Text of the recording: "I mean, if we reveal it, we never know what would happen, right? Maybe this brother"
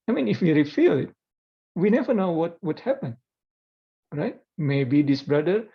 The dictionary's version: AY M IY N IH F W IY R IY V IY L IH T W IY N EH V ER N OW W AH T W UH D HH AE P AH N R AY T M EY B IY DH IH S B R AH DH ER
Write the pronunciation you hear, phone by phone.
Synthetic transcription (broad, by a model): AY M IY N IH F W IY R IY F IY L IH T W IY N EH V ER N OW W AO T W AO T HH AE P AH N R AY T M EY B IY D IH S B R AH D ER